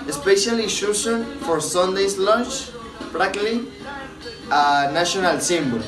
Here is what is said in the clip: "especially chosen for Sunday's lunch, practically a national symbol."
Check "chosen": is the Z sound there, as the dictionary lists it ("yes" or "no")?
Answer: no